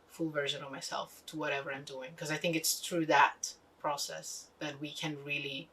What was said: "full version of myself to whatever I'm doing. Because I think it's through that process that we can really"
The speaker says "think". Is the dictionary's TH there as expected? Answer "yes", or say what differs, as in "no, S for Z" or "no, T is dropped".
yes